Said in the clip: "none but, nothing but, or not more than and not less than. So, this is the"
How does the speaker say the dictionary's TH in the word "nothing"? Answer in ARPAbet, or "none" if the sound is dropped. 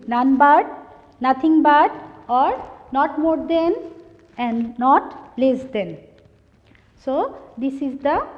T